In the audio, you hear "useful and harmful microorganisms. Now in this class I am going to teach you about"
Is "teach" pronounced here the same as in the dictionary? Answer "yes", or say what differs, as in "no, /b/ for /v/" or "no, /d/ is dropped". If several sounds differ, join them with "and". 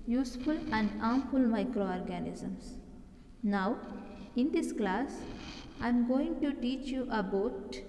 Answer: yes